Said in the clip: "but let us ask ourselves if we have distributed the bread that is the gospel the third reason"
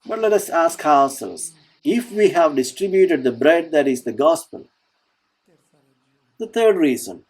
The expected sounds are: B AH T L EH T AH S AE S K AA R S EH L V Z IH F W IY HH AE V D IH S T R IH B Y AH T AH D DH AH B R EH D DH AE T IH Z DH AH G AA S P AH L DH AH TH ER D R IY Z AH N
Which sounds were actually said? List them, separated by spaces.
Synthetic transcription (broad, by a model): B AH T L EH T AH S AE S K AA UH S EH L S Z IH F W IY HH AE V D IH S T R IH B Y AH T AH D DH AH B R EH D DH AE T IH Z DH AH G AA S P AH L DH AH T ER D R IY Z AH N